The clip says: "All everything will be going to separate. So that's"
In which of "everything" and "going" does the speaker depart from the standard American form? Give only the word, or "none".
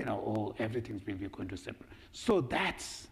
everything